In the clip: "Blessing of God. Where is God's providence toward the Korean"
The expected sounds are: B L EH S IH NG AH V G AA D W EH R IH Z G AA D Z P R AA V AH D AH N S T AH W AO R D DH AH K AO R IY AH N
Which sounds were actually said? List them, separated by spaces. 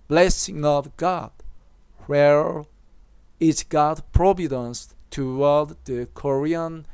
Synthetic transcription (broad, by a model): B L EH S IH NG AH V G AA D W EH R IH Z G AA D P R AA V AH D AH N S T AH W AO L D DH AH K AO R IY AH N